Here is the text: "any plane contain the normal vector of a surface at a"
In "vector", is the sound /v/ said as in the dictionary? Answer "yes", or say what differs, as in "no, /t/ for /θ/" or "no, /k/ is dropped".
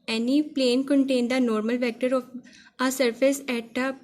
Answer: yes